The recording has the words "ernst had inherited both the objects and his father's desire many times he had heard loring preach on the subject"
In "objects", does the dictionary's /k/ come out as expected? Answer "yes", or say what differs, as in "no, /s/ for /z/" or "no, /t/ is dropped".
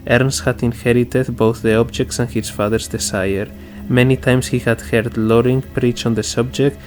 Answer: yes